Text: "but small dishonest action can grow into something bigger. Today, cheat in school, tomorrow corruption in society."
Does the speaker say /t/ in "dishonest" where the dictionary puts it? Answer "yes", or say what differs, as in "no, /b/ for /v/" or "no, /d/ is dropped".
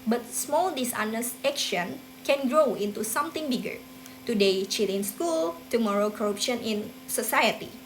no, /t/ is dropped